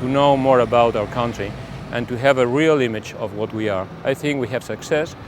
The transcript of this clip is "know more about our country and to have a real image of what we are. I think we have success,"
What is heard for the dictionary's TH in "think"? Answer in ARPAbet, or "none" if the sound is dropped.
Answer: TH